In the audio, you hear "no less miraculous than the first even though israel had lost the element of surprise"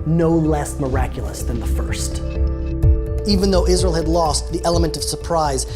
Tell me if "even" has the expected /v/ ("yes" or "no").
yes